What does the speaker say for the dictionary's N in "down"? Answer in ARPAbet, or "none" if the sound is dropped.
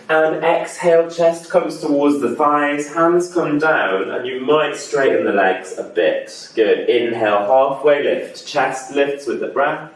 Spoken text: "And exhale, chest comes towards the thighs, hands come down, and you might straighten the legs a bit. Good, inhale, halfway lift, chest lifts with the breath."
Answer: N